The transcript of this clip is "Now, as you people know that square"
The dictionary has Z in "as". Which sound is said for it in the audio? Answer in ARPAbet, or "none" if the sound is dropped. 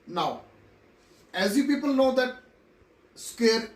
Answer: Z